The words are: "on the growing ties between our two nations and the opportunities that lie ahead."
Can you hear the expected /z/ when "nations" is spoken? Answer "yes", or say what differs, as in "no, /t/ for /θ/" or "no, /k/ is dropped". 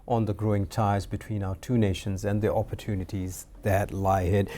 yes